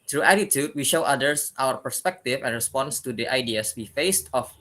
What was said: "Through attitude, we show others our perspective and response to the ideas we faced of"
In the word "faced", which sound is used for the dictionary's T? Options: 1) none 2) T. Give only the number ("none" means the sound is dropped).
2